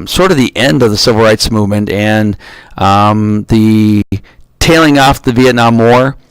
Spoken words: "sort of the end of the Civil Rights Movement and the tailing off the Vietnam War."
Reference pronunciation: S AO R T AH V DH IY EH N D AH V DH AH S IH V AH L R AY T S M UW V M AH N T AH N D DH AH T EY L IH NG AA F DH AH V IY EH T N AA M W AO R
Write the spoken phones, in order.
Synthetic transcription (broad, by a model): S AO R T AH V DH IY EH N D AH V DH AH S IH V L R AY T S M UW V M AH N T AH N DH AH T EY L IH NG AA F DH AH V IY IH T N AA M AO R